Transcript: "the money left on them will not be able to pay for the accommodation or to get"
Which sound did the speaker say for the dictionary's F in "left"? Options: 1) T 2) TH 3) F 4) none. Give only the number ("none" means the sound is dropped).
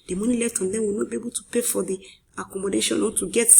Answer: 4